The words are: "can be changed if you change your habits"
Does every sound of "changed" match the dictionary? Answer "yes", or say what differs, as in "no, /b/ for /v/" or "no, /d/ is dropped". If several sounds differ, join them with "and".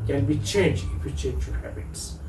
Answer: no, /d/ is dropped